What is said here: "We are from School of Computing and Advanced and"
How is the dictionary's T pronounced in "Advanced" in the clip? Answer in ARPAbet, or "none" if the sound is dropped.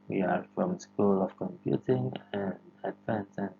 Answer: none